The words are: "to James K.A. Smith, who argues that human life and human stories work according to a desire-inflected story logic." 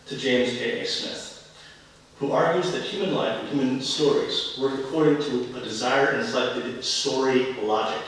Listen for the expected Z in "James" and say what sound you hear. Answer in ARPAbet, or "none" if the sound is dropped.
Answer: Z